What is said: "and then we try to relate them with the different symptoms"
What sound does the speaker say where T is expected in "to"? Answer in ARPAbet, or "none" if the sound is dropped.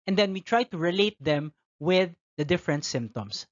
T